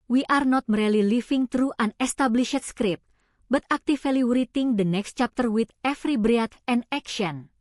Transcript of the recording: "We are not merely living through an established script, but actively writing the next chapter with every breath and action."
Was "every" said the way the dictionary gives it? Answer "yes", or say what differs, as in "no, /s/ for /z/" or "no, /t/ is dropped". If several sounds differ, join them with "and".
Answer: no, /f/ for /v/